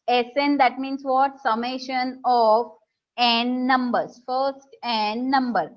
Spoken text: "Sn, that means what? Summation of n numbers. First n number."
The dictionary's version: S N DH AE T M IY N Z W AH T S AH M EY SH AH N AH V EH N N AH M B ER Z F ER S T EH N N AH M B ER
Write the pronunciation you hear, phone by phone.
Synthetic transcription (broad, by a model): S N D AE T M IY N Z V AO T S AH M EY SH AH N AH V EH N N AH M B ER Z F ER S T EH N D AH M B ER